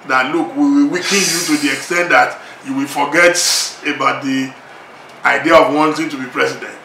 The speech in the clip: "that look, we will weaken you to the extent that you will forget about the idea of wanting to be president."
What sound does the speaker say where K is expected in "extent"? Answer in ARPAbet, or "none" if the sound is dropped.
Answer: K